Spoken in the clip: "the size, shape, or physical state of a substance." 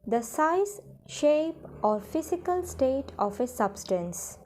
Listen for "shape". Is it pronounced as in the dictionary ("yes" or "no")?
yes